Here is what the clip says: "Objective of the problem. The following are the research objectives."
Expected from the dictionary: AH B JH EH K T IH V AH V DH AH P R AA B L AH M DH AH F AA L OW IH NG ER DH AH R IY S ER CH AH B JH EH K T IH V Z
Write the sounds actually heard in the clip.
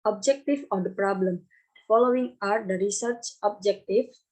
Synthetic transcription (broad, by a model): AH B JH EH K T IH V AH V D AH P R AA B L AH M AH F AA L OW IH NG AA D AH R IY S ER CH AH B JH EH K T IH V